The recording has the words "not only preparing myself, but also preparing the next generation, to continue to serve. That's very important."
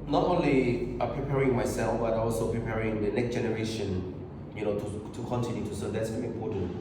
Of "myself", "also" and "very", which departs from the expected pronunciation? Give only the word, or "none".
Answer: very